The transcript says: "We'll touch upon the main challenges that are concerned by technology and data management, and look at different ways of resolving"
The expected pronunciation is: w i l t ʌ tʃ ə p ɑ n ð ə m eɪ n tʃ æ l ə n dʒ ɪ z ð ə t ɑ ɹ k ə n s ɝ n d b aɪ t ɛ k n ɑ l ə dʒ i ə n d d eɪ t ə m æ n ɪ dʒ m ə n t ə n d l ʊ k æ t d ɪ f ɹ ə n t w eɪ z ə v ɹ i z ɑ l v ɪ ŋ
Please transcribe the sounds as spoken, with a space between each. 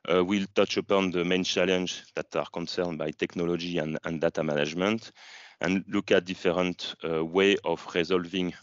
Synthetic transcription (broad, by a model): w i l t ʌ tʃ ə p ɑ n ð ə m eɪ n tʃ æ l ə n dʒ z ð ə t ɑ ɹ k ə n s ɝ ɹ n b aɪ t ɛ k n ɑ l ə dʒ i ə n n d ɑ t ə m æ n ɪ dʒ m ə n t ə n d l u k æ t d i f ɹ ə n t w eɪ ə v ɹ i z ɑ l v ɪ ŋ